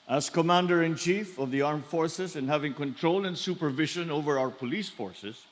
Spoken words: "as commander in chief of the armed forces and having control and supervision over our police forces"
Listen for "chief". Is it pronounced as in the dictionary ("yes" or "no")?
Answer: yes